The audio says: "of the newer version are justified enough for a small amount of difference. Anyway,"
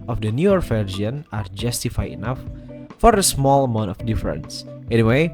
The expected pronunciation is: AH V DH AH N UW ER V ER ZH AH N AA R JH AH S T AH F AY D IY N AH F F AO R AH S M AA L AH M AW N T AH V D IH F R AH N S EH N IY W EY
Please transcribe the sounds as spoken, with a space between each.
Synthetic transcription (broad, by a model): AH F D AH N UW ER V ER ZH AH N AA R JH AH S T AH F AY IY N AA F F AO R AH S M AA L AH M AW N T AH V D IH F R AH N S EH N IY W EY